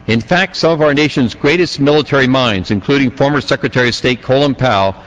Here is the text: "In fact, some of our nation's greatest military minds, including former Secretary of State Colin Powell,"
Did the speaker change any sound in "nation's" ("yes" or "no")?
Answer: no